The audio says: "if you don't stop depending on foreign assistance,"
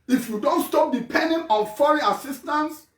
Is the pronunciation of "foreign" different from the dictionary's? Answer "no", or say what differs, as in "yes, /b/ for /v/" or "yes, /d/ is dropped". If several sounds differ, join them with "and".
yes, /n/ is dropped